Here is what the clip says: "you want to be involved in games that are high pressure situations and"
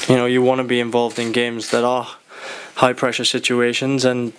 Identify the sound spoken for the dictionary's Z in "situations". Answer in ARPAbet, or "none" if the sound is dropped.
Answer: Z